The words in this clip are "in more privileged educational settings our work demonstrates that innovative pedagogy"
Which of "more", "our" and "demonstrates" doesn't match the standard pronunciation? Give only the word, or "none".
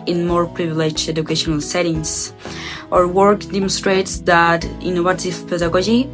none